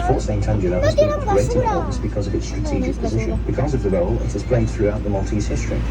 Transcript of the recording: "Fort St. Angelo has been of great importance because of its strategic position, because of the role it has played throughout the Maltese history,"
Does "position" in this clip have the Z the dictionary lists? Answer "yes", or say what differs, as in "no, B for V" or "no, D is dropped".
yes